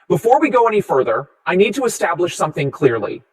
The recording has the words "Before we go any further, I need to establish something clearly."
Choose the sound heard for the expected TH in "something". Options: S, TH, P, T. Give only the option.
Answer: TH